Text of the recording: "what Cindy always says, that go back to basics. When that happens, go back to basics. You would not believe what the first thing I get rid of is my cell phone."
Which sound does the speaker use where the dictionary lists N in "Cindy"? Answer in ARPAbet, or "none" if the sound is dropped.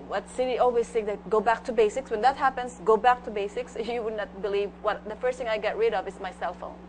none